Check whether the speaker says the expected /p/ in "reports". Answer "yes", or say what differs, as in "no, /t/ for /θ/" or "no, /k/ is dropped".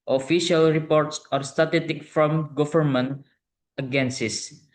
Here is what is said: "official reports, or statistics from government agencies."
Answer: yes